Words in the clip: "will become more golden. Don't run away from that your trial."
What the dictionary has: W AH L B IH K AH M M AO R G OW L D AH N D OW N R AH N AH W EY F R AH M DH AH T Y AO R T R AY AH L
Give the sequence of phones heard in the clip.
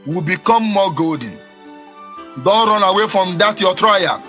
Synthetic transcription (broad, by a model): W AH B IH K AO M M AO G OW D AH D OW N R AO N AH W EY F R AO M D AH T Y AO T R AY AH